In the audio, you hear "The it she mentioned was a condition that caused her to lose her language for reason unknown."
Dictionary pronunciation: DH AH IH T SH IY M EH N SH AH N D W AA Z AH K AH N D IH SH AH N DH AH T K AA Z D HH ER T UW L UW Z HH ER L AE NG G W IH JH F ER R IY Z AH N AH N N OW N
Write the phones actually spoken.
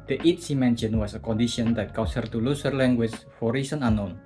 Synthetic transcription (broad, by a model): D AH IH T S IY M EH N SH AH N W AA S AH K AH N D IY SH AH N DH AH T K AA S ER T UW L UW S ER L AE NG G W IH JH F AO R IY S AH N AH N N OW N